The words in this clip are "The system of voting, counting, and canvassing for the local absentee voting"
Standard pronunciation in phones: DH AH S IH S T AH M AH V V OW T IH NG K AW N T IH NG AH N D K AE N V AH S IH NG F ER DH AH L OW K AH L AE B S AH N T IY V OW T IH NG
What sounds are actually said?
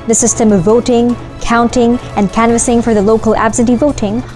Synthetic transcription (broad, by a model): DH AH S IH S T AH M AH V V OW T IH NG K AW N T IH NG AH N K AE N V AH S IH NG F ER DH AH L OW K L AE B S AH N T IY V OW T IH NG